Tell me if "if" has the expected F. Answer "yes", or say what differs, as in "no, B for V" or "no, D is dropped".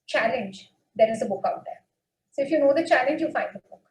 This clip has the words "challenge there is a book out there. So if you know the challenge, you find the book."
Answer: yes